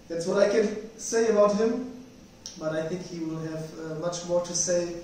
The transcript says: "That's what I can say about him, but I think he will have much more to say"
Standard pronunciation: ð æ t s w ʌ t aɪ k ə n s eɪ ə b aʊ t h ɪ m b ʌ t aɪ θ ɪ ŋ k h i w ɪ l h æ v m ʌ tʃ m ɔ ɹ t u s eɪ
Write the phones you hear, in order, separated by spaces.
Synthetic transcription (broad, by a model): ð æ t s w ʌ t aɪ k ə n s eɪ ə b aʊ t h ɪ m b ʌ t aɪ θ ɪ ŋ k h i w ɪ l h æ v m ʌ tʃ m ɔ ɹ t u s eɪ